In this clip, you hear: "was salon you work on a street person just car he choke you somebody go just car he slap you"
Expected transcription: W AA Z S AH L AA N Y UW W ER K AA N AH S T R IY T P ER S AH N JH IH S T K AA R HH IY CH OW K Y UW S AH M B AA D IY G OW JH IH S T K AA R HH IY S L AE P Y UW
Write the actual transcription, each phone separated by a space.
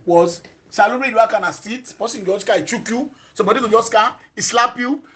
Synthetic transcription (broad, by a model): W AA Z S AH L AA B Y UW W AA K AA N AH S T IY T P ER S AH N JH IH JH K AA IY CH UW K Y UW S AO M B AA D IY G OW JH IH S K AA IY S L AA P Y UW